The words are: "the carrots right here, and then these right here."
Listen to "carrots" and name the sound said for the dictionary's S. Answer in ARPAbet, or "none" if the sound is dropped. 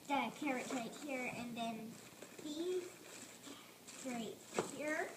none